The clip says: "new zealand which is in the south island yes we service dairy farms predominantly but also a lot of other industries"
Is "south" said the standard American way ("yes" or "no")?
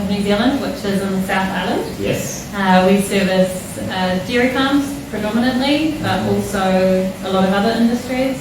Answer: yes